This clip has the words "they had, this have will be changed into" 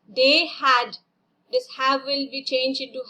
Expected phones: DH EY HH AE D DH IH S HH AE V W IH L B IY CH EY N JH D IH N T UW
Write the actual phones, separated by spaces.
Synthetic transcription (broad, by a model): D EY HH AE D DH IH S HH AE V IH L B IY CH EY N JH IH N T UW